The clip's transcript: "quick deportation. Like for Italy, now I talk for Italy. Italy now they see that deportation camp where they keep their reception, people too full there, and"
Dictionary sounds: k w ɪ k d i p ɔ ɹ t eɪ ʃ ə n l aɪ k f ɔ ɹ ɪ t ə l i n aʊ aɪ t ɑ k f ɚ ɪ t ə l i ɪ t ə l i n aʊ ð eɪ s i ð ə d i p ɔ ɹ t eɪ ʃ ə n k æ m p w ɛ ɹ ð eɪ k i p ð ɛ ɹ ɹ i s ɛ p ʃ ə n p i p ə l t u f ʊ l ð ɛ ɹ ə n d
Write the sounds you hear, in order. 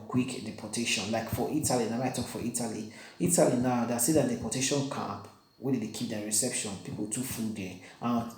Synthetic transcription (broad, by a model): k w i k d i p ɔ t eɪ ʃ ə n l aɪ k f ɔ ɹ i t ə l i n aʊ aɪ t ɑ k f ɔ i t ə l i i t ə l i n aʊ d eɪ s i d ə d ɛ p ɔ t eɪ ʃ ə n k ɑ p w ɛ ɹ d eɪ k i p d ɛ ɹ ɹ i s ɛ p ʃ ə n p i p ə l t u f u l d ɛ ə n